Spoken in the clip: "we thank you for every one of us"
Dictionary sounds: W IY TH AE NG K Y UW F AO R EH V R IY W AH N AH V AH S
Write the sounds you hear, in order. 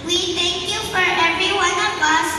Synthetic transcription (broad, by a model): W IY T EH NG K Y UW F AO R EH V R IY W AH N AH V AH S